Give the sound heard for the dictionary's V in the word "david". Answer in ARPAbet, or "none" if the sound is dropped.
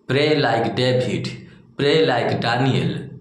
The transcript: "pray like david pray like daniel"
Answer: B